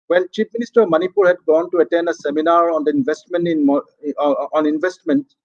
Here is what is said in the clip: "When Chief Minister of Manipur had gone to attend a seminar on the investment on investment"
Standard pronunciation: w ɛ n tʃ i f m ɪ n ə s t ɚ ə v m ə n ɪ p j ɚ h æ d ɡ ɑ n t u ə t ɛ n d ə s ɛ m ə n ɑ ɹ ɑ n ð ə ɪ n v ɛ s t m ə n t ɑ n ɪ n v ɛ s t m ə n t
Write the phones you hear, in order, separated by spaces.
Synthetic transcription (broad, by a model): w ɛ n tʃ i p m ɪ n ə s t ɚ ə v m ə n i p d h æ d ɡ ɑ n t u ə t ɛ n d ə s ɛ m ə n ɑ ɹ ɑ n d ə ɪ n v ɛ s t m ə n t ɑ n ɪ n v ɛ s t m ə n t